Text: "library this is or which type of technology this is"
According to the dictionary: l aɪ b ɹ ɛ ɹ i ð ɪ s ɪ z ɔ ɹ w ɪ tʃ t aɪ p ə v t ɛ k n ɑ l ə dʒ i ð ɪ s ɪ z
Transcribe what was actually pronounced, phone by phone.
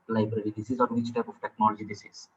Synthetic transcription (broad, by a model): l aɪ b ɹ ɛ ɹ i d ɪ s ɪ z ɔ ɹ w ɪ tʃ t aɪ p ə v t ɛ k n ɑ l ə dʒ i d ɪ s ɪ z